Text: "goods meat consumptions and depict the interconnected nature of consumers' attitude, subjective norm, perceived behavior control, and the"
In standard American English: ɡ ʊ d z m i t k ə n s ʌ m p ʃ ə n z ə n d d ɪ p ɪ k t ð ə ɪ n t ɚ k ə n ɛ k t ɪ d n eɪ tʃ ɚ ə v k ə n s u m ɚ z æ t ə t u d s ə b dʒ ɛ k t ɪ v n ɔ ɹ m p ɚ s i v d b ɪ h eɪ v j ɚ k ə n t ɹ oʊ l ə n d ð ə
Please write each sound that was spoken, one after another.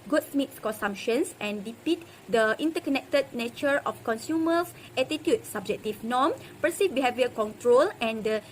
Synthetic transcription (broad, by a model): ɡ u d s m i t k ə n s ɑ m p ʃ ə n s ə n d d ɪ p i t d ə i n t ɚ k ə n ɛ k t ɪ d n eɪ tʃ ɚ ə f k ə n s u m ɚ s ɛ t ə t u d s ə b dʒ ɛ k t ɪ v n ɔ m p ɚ s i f b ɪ h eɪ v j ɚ k ə n t ɹ oʊ l ə n d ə